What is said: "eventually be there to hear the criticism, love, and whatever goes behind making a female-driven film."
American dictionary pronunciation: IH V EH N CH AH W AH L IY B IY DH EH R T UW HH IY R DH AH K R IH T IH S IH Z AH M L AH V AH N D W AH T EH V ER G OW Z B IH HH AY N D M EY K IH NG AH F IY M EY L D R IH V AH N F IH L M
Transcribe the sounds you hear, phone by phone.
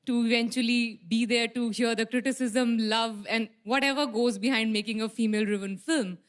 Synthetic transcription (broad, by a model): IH V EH N CH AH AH L IY B IY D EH R T UW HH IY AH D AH K R IH T IH S IH Z AH M L AH V AH N D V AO T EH V ER G OW Z B IH HH AY N D M EY K IH NG AH F IY M EY L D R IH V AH N F IH L M